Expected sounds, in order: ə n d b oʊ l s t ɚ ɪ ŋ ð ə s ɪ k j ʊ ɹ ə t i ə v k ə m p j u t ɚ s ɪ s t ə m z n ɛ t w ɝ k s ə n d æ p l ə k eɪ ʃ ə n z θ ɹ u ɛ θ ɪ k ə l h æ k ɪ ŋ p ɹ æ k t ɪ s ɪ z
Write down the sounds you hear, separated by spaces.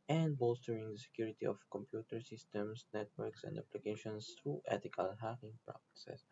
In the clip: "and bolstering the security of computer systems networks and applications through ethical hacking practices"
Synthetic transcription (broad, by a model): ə n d b oʊ l s t ɚ ɪ ŋ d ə s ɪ k j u ɹ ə t i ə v k ə m p j u t ɚ s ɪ s t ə m s n ɛ t w ɝ k s ə n d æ p l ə k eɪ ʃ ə n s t ɹ u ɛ t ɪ k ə l h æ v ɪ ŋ p ɹ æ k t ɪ s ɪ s